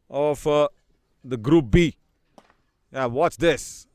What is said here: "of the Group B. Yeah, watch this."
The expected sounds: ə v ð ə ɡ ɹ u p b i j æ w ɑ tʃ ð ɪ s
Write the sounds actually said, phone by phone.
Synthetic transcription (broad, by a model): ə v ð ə ɡ ɹ u p b i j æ w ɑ s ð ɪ s